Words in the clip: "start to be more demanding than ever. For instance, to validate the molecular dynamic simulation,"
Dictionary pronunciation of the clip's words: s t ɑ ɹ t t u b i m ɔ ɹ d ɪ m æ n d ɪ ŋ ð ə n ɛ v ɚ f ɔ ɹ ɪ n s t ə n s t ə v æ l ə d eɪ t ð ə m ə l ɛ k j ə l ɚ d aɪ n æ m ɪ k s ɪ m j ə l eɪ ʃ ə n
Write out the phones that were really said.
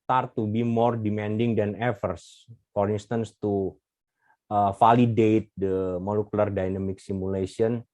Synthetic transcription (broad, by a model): t ɑ ɹ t t u b i m ɔ ɹ d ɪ m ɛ n d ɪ ŋ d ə n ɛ f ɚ f ɔ ɹ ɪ n s t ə n s t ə f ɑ l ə d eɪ t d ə m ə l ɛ k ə l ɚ d aɪ n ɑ m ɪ k s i m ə l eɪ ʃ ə n